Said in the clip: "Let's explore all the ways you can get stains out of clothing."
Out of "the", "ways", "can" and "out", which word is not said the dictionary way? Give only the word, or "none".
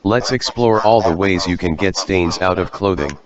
none